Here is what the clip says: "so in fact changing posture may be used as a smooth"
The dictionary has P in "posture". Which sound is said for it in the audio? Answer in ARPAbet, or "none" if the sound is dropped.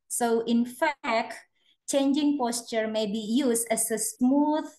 P